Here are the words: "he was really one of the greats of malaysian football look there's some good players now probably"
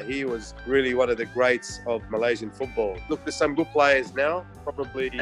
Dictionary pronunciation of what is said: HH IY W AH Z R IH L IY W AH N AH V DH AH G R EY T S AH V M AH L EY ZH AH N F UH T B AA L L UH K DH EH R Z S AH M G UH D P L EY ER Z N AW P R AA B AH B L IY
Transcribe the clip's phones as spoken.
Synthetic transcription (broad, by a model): HH IY W AH Z R IH L IY W AH N AH V DH AH G R EY T S AH V M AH L EY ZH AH N F UH T B AA L L UH K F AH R S AH M G UH D P L EY ER Z N AW P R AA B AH B L IY